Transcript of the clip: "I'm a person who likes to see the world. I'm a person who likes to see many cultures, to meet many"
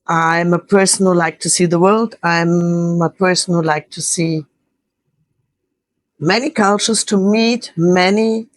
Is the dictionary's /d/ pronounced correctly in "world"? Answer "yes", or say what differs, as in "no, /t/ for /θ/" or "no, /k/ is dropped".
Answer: yes